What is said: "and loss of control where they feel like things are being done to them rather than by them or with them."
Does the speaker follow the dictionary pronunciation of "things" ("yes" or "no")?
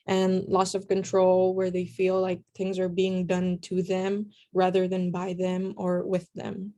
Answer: yes